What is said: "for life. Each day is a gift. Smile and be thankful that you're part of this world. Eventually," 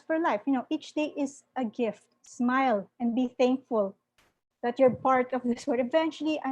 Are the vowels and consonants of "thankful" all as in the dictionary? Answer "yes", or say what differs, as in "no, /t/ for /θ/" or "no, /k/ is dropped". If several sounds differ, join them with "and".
yes